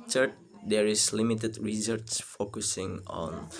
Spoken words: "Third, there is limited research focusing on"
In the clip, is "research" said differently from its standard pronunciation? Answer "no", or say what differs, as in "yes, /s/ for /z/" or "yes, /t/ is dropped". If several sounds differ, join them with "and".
yes, /s/ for /tʃ/